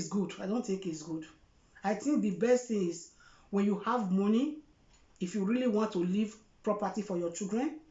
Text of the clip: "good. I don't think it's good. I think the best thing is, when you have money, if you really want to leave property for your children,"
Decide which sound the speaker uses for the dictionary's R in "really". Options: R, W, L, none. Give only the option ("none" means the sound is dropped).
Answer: R